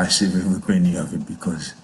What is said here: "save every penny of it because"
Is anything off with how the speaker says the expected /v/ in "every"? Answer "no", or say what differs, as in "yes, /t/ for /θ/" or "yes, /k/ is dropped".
yes, /v/ is dropped